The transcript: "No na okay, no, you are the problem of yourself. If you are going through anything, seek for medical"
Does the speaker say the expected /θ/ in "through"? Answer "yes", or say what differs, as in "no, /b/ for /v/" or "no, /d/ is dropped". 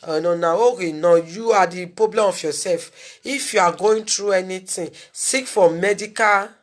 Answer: no, /t/ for /θ/